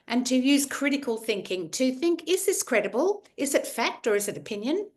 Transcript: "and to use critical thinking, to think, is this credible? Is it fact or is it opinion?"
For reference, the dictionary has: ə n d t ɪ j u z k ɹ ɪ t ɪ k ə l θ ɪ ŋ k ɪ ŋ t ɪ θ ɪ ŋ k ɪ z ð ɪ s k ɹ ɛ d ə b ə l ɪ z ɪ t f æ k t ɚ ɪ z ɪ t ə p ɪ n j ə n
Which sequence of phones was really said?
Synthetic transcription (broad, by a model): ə n t ɪ j u z k ɹ ɪ t ɪ k ə l θ ɪ ŋ k ɪ ŋ t ɪ θ ɪ ŋ k ɪ z ð ɪ s k ɹ ɛ d ə b ə l ɪ z ɪ t f æ k t ɚ ɪ z ɪ t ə p ɪ n j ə n